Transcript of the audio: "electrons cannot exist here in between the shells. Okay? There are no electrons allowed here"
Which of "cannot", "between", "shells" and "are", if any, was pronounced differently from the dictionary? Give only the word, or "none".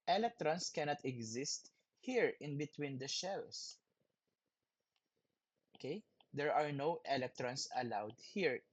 shells